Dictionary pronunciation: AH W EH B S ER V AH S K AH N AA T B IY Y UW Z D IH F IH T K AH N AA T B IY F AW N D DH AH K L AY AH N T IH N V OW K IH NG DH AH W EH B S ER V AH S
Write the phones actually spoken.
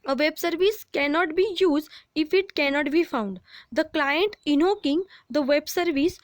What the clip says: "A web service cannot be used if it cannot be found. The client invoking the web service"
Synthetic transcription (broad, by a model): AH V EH B S ER V AH S K AH N AA T B IY Y UW Z D IH F IH T K AH N AA T B IY F AW N D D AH K L AY AH N T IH N OW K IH NG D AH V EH B S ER V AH S